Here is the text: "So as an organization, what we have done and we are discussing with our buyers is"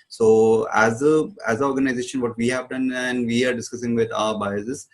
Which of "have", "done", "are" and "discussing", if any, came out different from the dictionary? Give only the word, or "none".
none